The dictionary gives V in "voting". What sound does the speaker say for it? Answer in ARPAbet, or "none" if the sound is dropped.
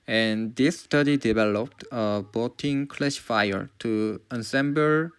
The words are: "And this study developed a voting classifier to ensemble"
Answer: B